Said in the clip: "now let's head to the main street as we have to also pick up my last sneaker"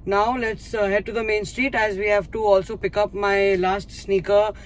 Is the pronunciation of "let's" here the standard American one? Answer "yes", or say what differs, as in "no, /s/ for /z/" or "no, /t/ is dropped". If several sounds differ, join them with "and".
yes